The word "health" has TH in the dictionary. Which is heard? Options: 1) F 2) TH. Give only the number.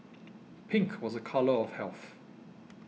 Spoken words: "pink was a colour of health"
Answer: 2